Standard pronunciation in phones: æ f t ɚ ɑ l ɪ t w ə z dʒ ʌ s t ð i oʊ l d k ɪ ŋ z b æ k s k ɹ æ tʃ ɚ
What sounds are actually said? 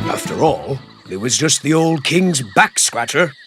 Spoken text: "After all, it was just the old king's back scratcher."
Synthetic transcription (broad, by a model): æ f t ɚ ɑ l ɪ t w ə z dʒ ʌ s t ð i oʊ l d k ɪ ŋ z b æ k s k ɹ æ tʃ ɚ